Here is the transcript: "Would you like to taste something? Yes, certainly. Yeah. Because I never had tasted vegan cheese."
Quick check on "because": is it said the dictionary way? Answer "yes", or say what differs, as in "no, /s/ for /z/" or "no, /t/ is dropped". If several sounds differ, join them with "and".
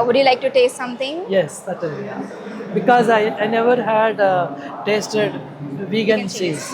no, /k/ is dropped and /z/ is dropped